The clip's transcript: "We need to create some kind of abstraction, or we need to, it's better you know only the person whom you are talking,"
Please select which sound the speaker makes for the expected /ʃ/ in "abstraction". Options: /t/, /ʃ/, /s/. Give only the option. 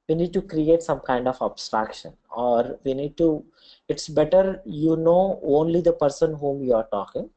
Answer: /ʃ/